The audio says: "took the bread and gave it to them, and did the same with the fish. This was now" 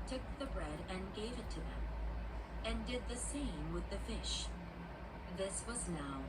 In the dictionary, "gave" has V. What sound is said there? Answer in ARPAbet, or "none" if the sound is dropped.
V